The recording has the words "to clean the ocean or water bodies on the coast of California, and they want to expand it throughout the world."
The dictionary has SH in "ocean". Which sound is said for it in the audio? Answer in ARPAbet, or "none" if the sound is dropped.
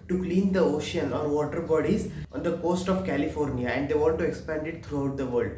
SH